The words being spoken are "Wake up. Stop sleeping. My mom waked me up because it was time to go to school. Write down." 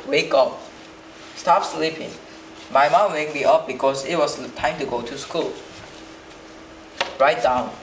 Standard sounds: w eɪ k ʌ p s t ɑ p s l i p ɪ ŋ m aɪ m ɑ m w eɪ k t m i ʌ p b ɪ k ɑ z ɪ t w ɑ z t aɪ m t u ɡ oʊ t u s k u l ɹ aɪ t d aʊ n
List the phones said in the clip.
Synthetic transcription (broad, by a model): w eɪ k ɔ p s t ɑ p s l i p ɪ ŋ m aɪ m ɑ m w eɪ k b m i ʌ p b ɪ k ɑ s ɪ t w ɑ s t aɪ m t u ɡ oʊ t u s k u l ɹ aɪ t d aʊ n